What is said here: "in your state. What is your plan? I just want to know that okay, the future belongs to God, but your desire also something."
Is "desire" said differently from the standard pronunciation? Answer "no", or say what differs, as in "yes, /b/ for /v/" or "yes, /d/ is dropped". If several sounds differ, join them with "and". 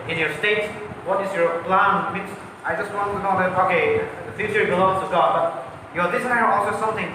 yes, /s/ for /z/